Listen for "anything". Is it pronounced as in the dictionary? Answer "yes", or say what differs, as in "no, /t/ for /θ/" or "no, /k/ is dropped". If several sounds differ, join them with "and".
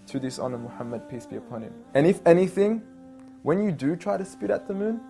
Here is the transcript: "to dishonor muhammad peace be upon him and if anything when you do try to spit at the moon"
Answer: yes